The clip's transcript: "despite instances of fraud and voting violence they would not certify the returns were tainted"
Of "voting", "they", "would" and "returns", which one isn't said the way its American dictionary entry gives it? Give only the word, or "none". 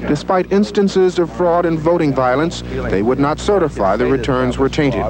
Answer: none